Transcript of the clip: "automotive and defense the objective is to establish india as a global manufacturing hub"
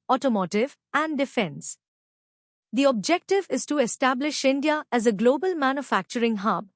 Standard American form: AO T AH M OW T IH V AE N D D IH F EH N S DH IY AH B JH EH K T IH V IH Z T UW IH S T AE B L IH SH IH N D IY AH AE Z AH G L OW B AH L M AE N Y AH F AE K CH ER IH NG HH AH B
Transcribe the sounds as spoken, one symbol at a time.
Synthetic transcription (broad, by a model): AO T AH M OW T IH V AE N D D IH F EH N S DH IY AH B JH EH K T IH V IH Z T UW IH S T AE B L IH SH IH N D IY AH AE Z AH G L OW B AH L M AE N Y AH F AE K CH ER IH NG HH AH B